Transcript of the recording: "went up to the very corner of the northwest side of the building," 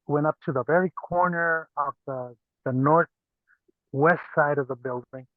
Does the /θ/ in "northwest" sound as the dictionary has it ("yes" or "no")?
yes